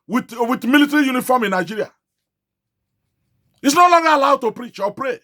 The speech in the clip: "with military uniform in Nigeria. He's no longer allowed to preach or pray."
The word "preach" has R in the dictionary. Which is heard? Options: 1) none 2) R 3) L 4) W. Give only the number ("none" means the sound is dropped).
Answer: 2